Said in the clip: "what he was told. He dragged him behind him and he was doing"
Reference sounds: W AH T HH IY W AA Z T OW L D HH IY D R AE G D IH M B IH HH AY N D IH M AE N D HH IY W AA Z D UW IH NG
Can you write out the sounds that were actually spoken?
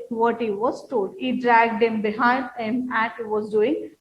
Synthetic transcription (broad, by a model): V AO T HH IY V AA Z T OW L D HH IY D R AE G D IH M B IH HH AY N D IH M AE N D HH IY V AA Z D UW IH NG